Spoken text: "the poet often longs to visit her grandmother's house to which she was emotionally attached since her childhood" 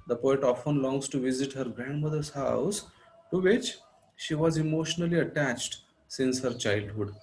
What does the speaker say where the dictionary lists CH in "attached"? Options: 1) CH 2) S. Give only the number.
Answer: 1